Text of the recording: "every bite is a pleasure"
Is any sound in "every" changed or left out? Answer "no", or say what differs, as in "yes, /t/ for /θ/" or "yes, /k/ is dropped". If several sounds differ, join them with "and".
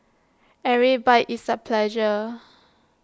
yes, /v/ is dropped